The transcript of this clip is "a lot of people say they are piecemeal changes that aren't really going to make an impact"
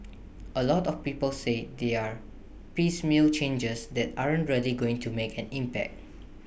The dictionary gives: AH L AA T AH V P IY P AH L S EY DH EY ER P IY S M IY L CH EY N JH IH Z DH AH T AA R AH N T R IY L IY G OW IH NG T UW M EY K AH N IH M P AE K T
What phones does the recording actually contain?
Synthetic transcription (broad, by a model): AH L AA T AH F P IY P AH L S EY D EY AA P IY S M IY L CH EY N JH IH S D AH T AA R AH N T R IY L IY G OW IH NG T UW M EY K AH N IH M P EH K T